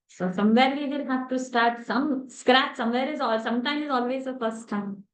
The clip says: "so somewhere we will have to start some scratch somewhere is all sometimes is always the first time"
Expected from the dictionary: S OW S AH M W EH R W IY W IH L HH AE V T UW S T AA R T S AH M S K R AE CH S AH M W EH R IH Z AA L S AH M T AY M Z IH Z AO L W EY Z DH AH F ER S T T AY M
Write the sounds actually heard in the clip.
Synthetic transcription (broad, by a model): S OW S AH M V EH R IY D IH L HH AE F T UW S T AA R T S AH M S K R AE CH S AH M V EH R IH Z AA L S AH M T AY M IH Z AO L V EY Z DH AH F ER S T T AY M